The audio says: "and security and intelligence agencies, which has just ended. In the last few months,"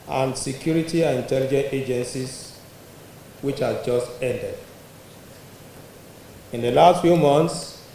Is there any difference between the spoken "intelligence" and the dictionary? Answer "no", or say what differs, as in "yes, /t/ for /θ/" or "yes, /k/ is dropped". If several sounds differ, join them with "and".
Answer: yes, /s/ is dropped